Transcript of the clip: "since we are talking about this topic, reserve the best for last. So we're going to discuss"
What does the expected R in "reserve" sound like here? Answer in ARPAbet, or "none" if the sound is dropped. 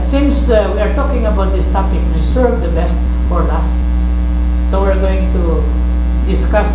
W